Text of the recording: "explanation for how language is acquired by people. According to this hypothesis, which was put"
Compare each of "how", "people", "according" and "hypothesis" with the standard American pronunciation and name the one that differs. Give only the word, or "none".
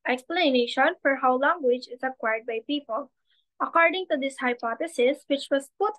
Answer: hypothesis